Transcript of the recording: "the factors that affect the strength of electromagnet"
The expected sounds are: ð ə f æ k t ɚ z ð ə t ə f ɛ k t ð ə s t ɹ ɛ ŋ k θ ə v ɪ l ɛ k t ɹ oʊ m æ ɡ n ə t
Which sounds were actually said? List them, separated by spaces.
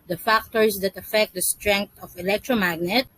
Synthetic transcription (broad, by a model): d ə f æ k t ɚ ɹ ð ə t ə f ɛ k t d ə s t ɹ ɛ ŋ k t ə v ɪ l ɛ k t ɹ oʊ m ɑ ɡ n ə t